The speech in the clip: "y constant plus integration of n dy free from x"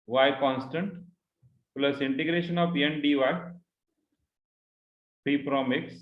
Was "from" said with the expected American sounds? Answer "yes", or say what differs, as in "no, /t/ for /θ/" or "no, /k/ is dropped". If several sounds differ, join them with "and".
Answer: no, /p/ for /f/